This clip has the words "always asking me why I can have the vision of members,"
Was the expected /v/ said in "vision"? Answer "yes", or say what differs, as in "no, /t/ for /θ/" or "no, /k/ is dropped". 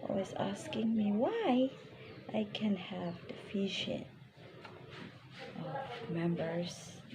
no, /f/ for /v/